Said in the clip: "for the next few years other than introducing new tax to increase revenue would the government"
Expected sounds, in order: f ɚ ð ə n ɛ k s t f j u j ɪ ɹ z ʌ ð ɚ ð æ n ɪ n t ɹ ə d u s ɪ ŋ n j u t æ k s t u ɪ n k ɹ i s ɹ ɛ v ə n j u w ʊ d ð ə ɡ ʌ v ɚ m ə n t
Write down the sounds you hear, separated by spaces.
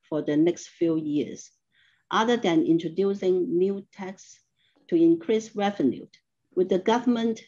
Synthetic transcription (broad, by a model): f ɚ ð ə n ɛ k s t f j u j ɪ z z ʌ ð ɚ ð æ n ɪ n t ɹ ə d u s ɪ ŋ n j u t æ k s t u ɪ n k ɹ i s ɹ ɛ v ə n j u w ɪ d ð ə ɡ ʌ v ɚ m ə n t